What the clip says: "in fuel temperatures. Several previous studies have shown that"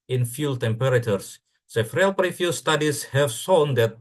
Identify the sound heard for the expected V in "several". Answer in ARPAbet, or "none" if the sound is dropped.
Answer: F